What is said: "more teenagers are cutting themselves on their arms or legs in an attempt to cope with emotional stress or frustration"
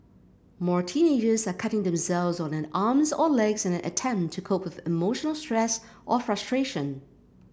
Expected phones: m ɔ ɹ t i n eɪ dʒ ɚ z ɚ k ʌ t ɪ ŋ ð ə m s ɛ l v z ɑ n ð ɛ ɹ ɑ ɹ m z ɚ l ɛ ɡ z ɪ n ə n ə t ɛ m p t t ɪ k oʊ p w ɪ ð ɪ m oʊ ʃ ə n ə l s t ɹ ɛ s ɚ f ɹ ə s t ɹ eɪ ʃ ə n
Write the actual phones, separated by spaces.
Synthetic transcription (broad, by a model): m ɔ ɹ t i n eɪ dʒ ɚ z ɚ k ʌ t ɪ ŋ ð ə m s ɛ l v z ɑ n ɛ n ɑ ɹ m z ɚ l ɛ ɡ z ɪ n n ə t ɛ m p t t ɪ k oʊ p w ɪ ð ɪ m oʊ ʃ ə n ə l s t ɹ ɛ s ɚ f ɹ ə s t ɹ eɪ ʃ ə n